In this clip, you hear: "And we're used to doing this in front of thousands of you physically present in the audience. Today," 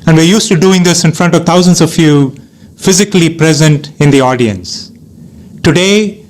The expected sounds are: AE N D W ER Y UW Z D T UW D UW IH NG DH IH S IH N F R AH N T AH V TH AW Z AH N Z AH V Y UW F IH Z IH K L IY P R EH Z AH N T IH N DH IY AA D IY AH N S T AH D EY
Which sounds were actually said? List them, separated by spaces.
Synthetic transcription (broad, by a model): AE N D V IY Y UW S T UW D UW IH NG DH IH S IH N F R AH N T AH V T AW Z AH N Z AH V Y UW F IH Z IH K L IY P R EH Z AH N T IH N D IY AA D IY AH N S T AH D EY